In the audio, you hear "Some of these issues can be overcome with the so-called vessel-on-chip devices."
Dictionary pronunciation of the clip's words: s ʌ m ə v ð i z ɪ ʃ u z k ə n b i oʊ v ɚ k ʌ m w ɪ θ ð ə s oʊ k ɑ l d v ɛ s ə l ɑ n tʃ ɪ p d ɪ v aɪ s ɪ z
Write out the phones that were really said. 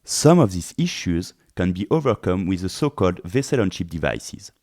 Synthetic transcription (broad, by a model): s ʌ m ə v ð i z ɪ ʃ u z k ə n b i oʊ v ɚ k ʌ m w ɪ ð ə s oʊ k ɑ l d v ɛ s ə l ɑ n ʃ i p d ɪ v aɪ s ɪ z